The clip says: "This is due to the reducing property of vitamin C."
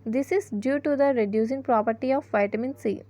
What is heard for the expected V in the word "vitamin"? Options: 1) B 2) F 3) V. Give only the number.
3